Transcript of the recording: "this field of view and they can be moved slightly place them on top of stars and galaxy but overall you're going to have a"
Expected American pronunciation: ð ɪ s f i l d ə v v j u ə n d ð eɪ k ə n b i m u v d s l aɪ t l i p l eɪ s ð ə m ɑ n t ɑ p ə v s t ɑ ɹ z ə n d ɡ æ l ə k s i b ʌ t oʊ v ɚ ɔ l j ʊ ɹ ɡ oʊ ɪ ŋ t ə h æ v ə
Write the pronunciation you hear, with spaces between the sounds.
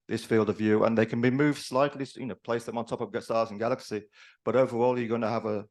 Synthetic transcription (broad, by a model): ð ɪ s f i l d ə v v j u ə n ð eɪ k ə n b i m u v d s l aɪ t l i p l eɪ s ð ə m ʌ n t ɑ p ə v s t ɑ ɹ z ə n ɡ æ l ə k s i b ʌ t oʊ v ɚ ɔ l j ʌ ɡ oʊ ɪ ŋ t ə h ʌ v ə